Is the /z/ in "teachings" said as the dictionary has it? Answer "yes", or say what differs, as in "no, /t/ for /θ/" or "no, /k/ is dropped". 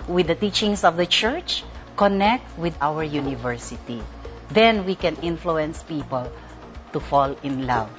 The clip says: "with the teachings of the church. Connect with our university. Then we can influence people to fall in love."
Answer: no, /s/ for /z/